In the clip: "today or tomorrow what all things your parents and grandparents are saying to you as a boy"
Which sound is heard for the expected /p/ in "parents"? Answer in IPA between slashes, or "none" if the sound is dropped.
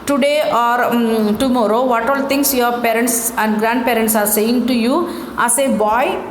/p/